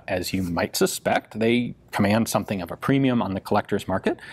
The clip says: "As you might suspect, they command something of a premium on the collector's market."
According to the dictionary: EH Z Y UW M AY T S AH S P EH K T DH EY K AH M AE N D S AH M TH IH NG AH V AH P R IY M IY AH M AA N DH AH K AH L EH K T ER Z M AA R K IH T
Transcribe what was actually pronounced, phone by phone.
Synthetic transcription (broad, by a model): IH Z Y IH M AY T S AH S P EH K T DH EY K AH M AE N D S AH M TH IH NG AH V AH P R IY M IY AH M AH N DH AH K AH L EH K T ER Z M AA R K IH T